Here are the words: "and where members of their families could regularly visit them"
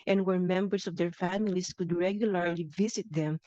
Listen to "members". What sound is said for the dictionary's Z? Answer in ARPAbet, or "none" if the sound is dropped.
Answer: S